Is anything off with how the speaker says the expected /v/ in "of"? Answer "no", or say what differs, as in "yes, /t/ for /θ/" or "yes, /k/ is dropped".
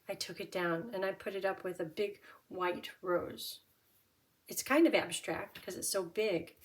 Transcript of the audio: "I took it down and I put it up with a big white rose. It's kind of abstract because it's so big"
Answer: no